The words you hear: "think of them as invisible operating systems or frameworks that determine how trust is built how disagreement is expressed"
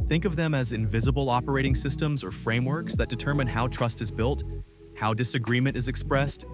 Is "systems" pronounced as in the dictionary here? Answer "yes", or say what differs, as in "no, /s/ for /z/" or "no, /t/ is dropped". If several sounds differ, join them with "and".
yes